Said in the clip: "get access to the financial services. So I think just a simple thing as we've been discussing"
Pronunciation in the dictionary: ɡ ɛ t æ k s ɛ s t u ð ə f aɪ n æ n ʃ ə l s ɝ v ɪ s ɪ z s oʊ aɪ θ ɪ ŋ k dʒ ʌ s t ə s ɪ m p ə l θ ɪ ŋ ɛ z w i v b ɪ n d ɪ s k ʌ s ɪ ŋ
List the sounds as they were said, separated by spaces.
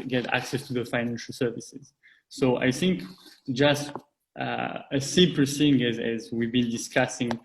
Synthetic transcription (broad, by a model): ɡ ɛ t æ k s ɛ s t u ð ə f aɪ n æ n ʃ ə l s ɝ v ɪ s ɪ z s oʊ aɪ θ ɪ ŋ k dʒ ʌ s t ə s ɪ p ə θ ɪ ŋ ɛ z w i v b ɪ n d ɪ s k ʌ s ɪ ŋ